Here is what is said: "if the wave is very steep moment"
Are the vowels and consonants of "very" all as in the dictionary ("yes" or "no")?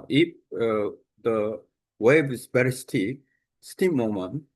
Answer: no